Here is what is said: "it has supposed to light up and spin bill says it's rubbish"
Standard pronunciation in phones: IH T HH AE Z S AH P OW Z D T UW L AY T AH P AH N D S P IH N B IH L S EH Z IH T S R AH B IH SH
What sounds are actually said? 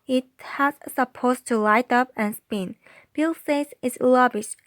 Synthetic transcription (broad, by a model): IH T HH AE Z S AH P OW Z T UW L AY T AH P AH N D S P IH N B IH L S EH S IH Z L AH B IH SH